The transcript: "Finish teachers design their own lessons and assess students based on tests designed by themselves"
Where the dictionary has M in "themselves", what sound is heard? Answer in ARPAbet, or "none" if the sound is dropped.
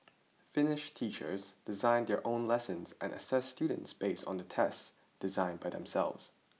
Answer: M